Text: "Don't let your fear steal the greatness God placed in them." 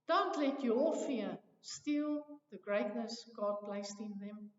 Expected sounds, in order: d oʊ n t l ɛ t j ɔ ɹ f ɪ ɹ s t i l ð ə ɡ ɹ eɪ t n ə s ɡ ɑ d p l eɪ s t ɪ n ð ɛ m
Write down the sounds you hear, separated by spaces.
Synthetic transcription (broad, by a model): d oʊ n t l ɛ t j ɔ l f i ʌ s t i l ð ə ɡ ɹ eɪ t n ə s ɡ ɑ d p l eɪ s t ɪ n ð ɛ m